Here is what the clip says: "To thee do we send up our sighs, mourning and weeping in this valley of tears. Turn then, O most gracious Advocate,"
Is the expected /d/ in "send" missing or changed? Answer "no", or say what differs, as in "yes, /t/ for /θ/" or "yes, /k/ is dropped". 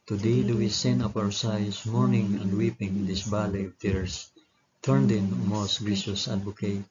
yes, /d/ is dropped